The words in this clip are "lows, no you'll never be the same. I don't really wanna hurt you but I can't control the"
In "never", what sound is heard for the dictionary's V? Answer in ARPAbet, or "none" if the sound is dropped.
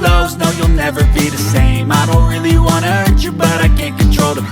V